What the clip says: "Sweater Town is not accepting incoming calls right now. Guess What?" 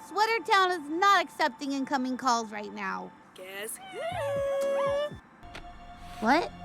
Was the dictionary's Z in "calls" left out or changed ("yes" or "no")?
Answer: no